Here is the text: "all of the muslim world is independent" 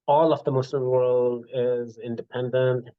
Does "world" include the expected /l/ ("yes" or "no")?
yes